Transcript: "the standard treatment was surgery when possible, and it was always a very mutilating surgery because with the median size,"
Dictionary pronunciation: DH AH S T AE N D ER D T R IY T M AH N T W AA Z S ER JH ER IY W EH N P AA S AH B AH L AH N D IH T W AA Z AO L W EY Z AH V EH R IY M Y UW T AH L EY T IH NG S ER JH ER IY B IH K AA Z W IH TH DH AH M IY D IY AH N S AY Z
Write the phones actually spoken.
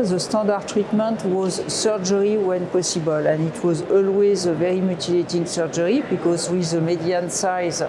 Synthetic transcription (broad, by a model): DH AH S T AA D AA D T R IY T M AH N T W AA Z S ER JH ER IY W EH N P AA S AH B AH L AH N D IH T W AA Z AO L W EY Z AH V EH R IY M Y UW T AH L EY T IH NG S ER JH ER IY B IH K AA Z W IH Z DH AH M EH D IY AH N S AY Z